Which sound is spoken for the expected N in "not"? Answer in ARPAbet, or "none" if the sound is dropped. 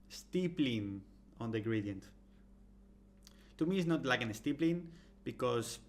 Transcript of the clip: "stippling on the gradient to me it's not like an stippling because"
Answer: N